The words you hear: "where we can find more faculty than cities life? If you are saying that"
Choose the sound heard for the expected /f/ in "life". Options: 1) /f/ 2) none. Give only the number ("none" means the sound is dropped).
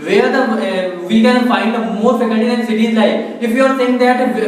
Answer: 2